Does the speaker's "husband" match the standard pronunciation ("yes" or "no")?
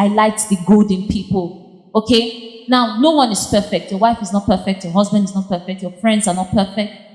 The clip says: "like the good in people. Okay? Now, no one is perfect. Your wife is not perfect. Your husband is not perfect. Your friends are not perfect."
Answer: yes